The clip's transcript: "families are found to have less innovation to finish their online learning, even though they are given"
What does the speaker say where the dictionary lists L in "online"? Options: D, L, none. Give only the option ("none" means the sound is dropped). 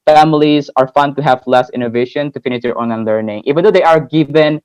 none